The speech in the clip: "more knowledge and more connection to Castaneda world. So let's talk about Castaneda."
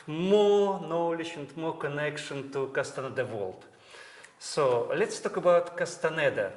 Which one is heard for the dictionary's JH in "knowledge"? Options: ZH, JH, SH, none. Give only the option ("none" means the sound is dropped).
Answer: SH